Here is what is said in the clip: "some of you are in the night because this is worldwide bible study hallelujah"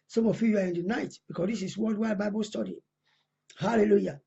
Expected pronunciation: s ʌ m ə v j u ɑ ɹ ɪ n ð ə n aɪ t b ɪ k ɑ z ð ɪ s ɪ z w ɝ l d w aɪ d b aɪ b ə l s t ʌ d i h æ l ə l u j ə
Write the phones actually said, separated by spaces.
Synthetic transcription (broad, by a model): s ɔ m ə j j u ɑ ɹ ɪ n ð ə n aɪ t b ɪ k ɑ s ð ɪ s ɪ s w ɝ d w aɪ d b aɪ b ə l s t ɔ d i h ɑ l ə l u j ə